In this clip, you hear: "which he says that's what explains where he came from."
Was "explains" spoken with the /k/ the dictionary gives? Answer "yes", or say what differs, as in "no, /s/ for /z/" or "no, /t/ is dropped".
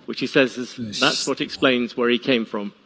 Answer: yes